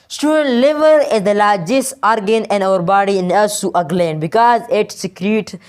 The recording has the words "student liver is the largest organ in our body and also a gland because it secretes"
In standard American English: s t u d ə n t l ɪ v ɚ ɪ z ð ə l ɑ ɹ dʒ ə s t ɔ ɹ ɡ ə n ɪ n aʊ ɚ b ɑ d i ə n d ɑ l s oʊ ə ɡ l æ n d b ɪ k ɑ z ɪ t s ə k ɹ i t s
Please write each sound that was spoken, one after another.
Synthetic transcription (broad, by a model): s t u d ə n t l ɪ v ɚ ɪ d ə l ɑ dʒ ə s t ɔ ɹ ɡ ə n ɪ n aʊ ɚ b ɑ d i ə n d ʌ s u ə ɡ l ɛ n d b ɪ k ɑ z ɪ t s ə k ɹ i t